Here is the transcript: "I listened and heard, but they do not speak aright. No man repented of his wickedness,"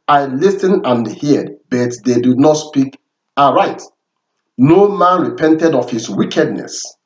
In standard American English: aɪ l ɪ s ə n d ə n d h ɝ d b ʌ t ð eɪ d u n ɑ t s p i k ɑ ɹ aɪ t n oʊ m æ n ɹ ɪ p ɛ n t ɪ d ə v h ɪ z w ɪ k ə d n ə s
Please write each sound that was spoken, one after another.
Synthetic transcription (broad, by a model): aɪ l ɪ s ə n ə n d h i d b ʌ t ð eɪ d u n ɑ t s p i k ɑ ɹ aɪ t n oʊ m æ n ɹ ɪ p ɛ n t ɪ d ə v h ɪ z w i k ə d n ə s